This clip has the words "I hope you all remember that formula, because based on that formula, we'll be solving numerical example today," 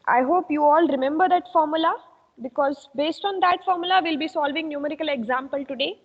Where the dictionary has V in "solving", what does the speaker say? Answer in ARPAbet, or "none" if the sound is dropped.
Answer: V